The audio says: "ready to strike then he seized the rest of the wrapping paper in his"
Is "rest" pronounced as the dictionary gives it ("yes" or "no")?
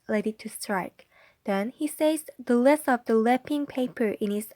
no